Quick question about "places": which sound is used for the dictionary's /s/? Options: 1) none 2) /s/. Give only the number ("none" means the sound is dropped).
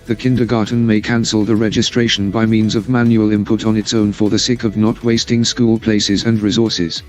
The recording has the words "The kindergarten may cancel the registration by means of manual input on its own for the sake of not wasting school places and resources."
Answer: 2